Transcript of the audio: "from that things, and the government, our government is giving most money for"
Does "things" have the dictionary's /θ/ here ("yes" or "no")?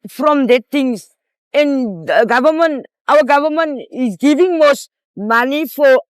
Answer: no